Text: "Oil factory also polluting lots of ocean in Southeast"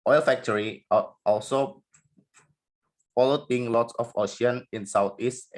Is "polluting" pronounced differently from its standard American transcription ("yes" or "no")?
yes